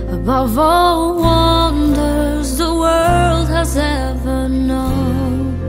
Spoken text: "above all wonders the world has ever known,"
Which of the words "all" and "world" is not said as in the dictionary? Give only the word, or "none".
none